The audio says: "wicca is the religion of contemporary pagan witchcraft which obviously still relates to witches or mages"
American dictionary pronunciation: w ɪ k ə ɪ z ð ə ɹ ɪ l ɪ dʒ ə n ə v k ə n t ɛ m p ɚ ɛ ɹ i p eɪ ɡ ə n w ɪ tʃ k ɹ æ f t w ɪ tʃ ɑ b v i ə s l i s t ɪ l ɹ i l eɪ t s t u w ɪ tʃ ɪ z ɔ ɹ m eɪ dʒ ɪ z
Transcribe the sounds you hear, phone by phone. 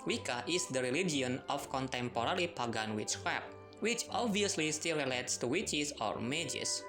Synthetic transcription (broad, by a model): w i k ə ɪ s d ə ɹ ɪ l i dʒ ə n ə f k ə n t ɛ m p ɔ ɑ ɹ i p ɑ ɡ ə n w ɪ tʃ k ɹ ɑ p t w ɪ tʃ ɑ b v i ə s l i s t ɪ l ɹ i l eɪ t s t u w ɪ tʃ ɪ s ɔ ɹ m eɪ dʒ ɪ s